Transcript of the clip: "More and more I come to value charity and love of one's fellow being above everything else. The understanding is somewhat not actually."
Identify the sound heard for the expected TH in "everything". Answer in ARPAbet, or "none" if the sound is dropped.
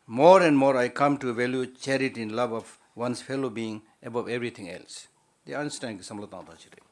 T